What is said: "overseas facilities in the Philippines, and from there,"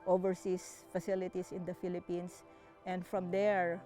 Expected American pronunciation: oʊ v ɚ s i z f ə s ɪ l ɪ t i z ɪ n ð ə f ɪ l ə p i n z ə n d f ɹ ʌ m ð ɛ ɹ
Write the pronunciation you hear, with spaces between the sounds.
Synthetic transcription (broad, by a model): oʊ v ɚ s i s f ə s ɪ l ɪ t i s ɪ n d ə f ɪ l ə p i n s ə n d f ɹ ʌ m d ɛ ɹ